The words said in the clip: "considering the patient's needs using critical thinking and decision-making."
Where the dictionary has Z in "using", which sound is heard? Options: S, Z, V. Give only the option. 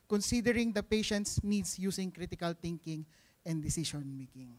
S